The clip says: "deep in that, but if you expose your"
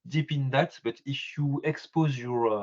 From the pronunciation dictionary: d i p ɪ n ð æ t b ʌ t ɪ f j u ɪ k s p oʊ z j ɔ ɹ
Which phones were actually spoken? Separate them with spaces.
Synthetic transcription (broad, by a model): d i p ɪ n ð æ t b ʌ t ɪ f j u ɪ k s p oʊ z j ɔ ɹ